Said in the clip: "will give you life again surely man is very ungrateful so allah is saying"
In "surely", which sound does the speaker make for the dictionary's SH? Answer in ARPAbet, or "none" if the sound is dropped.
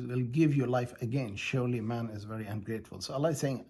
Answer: SH